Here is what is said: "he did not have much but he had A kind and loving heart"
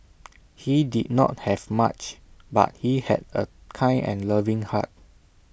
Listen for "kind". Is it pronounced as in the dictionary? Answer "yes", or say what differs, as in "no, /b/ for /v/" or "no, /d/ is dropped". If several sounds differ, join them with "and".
no, /d/ is dropped